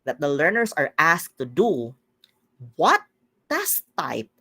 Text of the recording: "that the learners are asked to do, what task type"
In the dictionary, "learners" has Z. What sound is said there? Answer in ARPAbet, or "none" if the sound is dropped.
S